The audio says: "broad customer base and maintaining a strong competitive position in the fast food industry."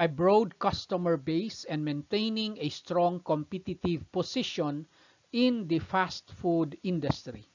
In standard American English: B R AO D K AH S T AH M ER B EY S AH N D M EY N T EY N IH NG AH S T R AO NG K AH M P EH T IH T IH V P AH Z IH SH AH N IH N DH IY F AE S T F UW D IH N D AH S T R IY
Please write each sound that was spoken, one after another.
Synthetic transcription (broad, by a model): B R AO D K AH S T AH M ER B EY S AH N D M EY N T EY N IH NG AH S T R AO NG K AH M P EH T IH T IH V P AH S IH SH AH N IH N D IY F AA S T F UW D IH N D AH S T R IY